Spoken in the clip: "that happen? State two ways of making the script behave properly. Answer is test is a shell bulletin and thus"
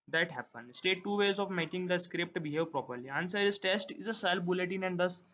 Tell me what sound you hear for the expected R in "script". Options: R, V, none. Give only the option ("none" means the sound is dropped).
R